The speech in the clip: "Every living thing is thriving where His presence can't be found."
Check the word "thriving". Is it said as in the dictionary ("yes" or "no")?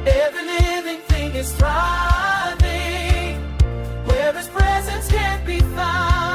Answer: no